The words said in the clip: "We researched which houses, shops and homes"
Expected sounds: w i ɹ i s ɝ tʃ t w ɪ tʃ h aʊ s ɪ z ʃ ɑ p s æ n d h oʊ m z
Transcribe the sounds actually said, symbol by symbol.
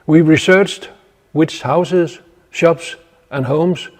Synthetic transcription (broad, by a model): w i ɹ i s ɝ tʃ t w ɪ s h aʊ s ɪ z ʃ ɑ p s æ n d h oʊ m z